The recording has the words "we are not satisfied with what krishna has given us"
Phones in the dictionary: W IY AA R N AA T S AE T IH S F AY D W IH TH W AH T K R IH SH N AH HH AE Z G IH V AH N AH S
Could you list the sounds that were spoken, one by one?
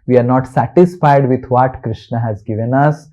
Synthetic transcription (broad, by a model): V IY AA R N AA T S AE T IH S F AY D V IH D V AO T K R IH SH N AH HH AE Z G IH V AH N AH S